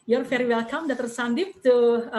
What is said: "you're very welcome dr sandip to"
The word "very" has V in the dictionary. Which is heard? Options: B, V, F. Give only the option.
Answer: F